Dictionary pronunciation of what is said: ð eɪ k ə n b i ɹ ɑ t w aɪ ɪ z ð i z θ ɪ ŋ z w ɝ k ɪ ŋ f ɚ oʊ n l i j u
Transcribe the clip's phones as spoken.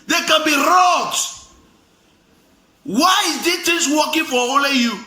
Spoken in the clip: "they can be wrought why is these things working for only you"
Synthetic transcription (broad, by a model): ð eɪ k ə n b i ɹ ɑ t w aɪ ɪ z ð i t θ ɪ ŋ s w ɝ k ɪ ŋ f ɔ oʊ l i j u